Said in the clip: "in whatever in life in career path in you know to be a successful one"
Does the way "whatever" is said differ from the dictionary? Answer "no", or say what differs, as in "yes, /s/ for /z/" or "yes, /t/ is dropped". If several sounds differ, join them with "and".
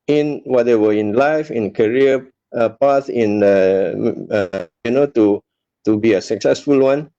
yes, /w/ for /v/